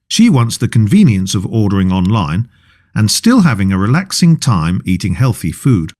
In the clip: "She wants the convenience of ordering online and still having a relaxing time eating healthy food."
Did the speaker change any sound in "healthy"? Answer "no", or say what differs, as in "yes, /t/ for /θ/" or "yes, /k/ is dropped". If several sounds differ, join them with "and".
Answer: no